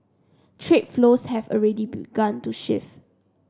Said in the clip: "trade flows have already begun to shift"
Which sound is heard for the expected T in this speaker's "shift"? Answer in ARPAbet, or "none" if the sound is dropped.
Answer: none